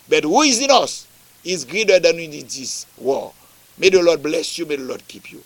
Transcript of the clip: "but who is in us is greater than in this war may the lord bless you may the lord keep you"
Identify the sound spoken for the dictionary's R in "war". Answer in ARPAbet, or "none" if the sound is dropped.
L